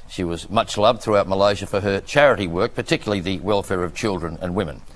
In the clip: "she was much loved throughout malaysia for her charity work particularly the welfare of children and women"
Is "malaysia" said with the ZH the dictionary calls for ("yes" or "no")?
yes